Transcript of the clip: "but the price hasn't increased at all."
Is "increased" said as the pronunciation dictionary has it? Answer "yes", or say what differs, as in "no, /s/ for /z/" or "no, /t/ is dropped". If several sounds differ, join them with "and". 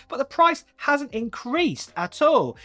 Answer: yes